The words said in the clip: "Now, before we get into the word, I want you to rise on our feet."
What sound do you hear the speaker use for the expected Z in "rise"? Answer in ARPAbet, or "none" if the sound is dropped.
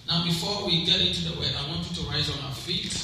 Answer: Z